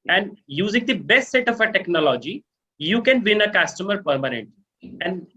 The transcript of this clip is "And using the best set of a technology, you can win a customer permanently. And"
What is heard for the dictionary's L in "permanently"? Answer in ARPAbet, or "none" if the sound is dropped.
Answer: none